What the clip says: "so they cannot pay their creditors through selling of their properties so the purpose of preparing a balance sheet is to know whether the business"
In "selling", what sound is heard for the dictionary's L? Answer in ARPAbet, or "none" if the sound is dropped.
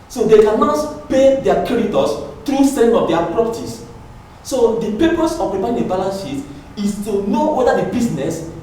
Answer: none